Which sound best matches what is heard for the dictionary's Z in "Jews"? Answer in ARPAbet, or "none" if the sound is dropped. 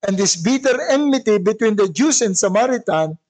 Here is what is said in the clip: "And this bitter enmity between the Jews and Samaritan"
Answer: S